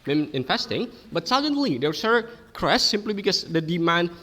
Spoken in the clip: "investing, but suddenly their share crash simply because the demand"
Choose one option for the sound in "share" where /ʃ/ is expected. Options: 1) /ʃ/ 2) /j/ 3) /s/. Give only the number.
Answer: 3